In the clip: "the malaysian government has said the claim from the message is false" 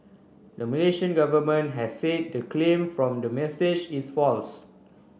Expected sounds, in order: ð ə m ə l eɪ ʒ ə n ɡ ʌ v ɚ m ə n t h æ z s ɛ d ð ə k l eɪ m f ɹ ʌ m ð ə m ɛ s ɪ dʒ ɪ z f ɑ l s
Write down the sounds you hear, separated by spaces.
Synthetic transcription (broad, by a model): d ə m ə l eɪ ʃ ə n ɡ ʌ v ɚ m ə n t h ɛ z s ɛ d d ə k l eɪ m f ɹ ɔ m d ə m ɛ s ɪ dʒ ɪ s f ɑ l s